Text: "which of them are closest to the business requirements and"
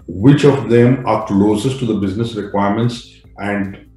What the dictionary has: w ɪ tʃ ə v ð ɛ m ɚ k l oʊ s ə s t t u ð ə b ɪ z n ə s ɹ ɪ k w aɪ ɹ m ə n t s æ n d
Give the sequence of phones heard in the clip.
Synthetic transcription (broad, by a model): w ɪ tʃ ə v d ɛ m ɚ k l oʊ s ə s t t u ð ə b ɪ z n ə s ɹ ɪ k w aɪ ɹ m ə n t s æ n d